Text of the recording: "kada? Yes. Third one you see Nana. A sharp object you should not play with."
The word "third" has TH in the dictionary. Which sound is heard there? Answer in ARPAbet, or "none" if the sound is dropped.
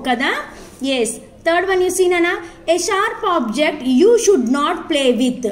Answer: T